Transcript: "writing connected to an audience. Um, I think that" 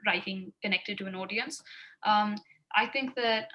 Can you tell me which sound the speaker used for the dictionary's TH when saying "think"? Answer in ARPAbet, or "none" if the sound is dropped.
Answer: TH